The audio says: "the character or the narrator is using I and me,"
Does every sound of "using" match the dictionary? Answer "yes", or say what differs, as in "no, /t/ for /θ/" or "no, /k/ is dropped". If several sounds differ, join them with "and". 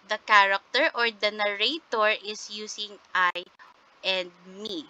no, /s/ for /z/